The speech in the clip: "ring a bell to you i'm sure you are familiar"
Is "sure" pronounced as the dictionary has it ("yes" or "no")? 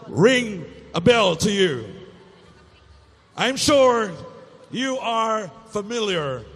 yes